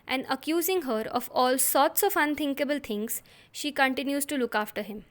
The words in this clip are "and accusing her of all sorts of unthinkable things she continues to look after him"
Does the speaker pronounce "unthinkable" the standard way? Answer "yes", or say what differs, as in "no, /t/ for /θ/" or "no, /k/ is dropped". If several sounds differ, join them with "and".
no, /t/ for /θ/